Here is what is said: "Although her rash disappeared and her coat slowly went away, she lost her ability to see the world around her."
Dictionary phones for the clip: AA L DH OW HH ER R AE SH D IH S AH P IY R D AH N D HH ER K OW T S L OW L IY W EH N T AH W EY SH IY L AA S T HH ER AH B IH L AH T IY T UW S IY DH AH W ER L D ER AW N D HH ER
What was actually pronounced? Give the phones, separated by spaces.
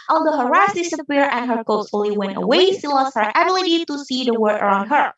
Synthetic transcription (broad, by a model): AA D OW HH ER R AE S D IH S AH P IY R AH N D HH ER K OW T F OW L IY W EH N T AH W EY S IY L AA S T HH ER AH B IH L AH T IY T UW S IY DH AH W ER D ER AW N D HH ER